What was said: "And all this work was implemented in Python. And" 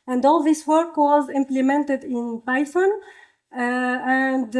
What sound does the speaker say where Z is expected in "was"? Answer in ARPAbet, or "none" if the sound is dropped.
Z